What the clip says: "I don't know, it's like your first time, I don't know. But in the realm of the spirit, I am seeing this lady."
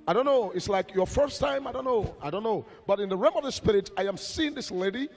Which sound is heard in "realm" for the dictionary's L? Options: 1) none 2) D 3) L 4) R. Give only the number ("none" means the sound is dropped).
1